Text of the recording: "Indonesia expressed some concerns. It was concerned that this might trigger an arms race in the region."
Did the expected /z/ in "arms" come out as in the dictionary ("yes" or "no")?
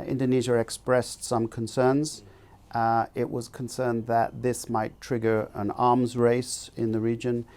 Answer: yes